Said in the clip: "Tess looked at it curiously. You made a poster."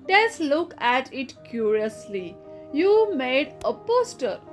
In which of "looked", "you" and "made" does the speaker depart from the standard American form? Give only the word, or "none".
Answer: looked